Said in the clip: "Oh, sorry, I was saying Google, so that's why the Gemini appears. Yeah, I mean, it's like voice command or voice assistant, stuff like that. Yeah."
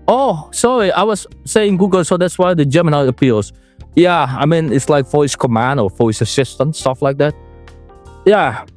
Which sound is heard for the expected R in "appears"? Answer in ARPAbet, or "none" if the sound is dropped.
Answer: L